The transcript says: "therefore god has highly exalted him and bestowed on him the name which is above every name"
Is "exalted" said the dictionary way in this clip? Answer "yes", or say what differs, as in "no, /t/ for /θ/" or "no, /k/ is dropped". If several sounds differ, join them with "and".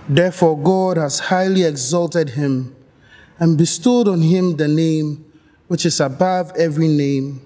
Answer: yes